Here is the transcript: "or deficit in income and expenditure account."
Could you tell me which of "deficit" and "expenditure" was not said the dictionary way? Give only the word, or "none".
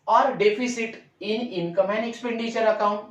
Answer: deficit